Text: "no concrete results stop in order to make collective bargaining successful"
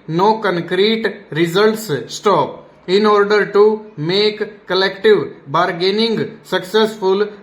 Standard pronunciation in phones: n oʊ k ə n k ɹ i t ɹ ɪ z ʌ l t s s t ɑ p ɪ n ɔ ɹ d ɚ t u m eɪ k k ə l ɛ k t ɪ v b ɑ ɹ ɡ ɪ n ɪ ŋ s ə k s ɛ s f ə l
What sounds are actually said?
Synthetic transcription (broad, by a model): n oʊ k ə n k ɹ i t ɹ ɪ z ʌ l t s s t ɑ p ɪ n ɔ ɹ d ɚ t u m eɪ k k ə l ɛ k t ɪ v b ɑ ɹ ɡ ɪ n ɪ ŋ s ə k s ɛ s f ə l